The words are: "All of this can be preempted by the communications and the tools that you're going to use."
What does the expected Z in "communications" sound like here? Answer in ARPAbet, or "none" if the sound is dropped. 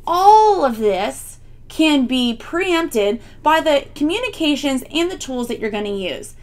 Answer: Z